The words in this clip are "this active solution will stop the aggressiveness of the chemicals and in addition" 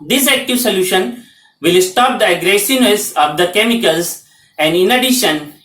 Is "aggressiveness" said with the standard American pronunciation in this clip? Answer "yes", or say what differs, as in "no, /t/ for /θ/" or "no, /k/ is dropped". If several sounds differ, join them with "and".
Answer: no, /v/ is dropped